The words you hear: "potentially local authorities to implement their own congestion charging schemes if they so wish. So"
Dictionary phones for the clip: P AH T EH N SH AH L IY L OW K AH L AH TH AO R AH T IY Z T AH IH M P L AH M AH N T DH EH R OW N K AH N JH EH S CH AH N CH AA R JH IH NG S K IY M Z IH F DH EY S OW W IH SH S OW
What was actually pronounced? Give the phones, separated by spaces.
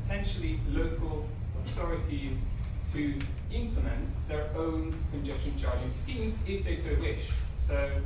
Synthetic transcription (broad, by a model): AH T EH N SH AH L IY L OW K AH L AH TH AO R AH T IY Z T AH IH M P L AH M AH N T DH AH R OW N K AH N JH EH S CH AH N CH AA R JH IH NG S K IY M Z IH F DH EY S OW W IH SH S OW